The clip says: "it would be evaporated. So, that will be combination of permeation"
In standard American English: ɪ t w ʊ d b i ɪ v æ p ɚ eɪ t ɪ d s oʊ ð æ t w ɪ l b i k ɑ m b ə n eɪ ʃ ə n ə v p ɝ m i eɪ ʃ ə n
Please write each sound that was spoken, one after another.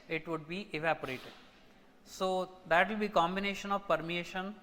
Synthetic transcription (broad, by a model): ɪ t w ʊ d b i ɪ v æ p ɚ eɪ t ɪ d s oʊ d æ t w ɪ l b i k ɑ m b ə n eɪ ʃ ə n ə v p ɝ m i eɪ ʃ ə n